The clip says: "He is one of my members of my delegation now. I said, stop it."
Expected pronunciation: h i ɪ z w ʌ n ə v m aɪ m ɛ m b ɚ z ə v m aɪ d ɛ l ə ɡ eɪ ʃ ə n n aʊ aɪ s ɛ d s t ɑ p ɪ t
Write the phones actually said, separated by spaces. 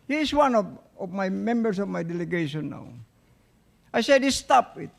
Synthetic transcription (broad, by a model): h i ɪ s w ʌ n ə v m aɪ m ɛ m b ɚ s ə v m aɪ d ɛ l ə ɡ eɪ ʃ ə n n aʊ aɪ s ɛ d s t ɑ p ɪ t